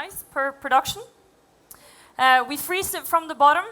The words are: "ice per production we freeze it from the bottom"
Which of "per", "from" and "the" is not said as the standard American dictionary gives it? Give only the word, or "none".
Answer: none